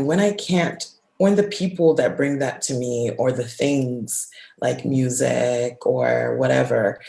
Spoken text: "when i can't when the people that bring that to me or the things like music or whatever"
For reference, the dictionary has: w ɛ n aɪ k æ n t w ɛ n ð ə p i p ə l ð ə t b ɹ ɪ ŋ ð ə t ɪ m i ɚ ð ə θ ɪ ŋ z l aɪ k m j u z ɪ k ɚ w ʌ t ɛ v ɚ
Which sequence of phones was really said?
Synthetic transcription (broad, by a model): w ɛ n aɪ k æ n t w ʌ n ð ə p i p l ð ə t b ɹ ɪ ŋ ð ə t ɪ m i ɚ ð ə θ ɪ ŋ z l aɪ k m j u z ɪ k ɚ w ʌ t ɛ v ɚ